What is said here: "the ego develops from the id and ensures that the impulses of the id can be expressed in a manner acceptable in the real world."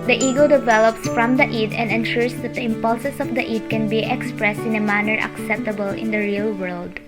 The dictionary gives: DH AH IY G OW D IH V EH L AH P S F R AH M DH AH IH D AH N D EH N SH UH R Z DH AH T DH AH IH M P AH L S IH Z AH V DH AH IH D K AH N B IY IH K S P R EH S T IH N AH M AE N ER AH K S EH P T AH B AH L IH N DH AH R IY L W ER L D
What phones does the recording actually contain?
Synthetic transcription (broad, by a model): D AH IY G OW D IH V EH L AH P S F R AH M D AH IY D AH N D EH N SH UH R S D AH T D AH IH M P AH L S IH S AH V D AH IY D K AH N B IY IH K S P R EH S T IH N AH M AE N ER AH K S EH P T AH B AH L IH N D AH R IY L W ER L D